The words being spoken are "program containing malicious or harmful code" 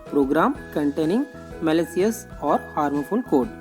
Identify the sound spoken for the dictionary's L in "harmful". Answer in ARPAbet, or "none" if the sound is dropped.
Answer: N